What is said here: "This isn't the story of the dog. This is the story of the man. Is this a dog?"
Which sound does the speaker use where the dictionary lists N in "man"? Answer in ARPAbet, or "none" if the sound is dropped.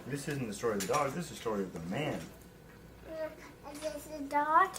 N